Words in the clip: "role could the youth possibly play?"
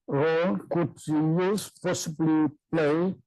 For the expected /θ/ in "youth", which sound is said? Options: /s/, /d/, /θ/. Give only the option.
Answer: /s/